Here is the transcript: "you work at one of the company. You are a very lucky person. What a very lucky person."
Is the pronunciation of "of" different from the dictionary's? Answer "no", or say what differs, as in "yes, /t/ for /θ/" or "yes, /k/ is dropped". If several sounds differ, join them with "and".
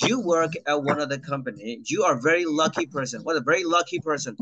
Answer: no